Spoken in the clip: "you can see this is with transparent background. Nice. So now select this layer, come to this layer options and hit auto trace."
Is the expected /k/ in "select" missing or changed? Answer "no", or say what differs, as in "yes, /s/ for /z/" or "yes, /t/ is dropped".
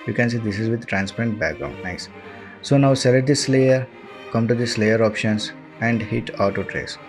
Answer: yes, /k/ is dropped